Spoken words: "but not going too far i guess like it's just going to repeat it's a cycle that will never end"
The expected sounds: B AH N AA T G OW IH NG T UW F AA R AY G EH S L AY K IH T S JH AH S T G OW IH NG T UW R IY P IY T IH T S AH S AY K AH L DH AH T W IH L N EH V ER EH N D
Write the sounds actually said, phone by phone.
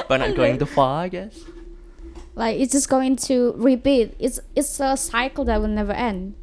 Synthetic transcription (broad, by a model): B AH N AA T G OW IH NG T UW F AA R AY G EH S L AY K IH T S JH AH S G OW IH NG T UW R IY B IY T IH T S AH S AY K AH L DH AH T W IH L N EH V ER EH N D